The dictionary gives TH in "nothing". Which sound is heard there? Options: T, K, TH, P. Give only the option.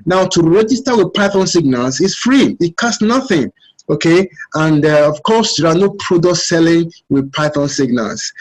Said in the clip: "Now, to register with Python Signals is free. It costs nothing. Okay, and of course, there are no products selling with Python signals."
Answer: TH